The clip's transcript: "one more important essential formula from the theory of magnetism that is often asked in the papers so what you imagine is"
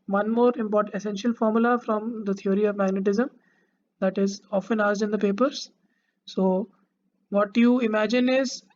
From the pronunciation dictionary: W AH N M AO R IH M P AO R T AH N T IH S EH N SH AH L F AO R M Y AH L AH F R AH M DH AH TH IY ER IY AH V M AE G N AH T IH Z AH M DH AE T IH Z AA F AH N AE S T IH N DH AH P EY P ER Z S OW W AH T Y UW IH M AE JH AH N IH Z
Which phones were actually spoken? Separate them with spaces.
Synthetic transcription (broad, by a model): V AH N M AO R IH M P AO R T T IH S EH N SH AH L F AO R M Y AH L AH F R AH M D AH T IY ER IY AH V M AE G N AH T IH Z AH M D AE T IH Z AA F AH N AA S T IH N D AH P EY P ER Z S OW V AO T Y UW IH M AE JH AH N IH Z